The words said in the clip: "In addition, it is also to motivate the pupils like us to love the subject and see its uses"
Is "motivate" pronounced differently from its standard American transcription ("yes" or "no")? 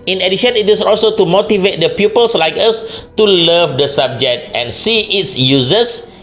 no